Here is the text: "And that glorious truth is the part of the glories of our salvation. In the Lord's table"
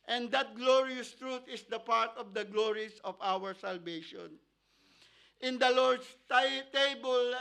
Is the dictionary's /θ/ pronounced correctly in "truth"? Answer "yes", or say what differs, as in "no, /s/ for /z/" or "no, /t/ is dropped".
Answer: no, /t/ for /θ/